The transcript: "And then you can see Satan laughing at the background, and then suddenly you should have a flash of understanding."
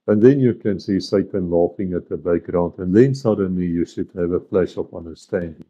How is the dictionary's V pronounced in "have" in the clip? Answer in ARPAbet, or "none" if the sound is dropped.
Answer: V